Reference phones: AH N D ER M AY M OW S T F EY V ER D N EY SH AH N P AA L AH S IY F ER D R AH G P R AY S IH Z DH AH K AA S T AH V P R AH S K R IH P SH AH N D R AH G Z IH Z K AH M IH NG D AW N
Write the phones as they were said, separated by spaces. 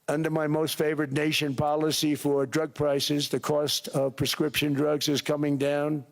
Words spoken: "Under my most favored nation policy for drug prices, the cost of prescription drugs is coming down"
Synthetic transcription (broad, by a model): AH N D ER M AY M OW S T F EY V ER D N EY SH AH N P AA L AH S IY F ER D R AH G P R AY S IH Z DH AH K AA S T AH V P R AH S K R IH P SH AH N D R AH G Z IH Z K AH M IH NG D AW N